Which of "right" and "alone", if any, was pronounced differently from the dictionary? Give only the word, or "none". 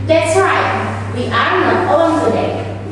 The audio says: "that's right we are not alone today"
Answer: alone